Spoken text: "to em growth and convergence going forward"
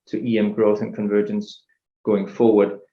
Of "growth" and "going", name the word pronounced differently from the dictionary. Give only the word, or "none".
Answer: none